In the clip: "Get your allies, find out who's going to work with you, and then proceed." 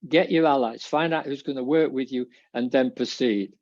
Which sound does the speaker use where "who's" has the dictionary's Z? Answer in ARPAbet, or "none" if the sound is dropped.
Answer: Z